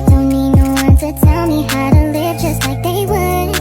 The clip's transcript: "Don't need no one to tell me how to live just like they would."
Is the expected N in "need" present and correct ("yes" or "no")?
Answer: no